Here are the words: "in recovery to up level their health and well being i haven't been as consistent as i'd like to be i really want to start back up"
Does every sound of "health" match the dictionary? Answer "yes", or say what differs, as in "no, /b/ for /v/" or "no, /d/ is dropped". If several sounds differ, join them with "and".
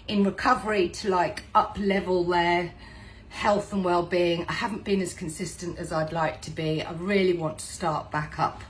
yes